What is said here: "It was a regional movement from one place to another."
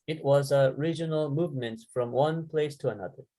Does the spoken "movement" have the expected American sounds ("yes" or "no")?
yes